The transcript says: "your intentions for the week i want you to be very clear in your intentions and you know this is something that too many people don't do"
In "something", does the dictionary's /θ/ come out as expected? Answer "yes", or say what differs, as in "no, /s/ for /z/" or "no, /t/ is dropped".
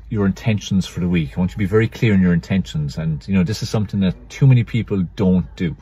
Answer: yes